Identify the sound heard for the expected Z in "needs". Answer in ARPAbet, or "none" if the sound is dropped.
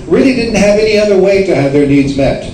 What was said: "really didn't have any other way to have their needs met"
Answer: Z